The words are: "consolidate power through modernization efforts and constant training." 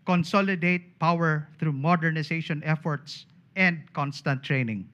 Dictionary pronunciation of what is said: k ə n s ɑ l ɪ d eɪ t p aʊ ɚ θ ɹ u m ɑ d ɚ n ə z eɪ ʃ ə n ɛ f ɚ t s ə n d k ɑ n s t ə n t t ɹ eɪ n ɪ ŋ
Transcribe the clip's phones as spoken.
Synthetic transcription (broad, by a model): k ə n s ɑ l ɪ d eɪ t p aʊ ɚ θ ɹ u m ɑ d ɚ n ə s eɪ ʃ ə n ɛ f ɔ t s ə n d k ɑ n s t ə n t t ɹ eɪ n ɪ ŋ